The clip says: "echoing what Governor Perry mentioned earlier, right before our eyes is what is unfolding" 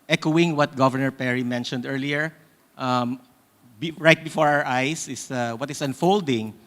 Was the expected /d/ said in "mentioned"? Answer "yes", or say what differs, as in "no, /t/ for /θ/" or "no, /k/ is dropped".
yes